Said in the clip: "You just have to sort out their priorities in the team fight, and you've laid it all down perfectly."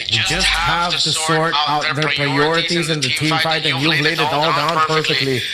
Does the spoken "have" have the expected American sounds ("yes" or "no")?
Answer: yes